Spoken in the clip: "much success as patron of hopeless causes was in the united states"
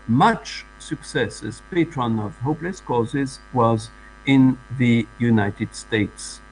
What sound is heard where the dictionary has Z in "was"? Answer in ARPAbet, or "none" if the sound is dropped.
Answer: Z